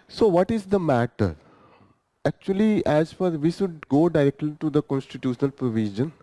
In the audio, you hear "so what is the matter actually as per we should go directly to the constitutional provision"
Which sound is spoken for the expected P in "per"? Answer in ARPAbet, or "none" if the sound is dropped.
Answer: F